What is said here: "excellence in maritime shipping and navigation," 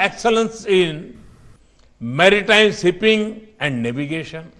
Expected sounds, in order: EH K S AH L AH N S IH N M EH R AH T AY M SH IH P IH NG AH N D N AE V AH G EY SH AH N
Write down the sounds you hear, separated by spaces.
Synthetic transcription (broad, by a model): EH K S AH L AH N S IH N M EH R AH T AY M S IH P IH NG AH N D N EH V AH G EY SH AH N